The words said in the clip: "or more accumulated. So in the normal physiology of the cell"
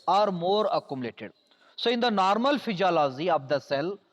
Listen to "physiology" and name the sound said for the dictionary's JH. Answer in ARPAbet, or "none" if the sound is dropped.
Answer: Z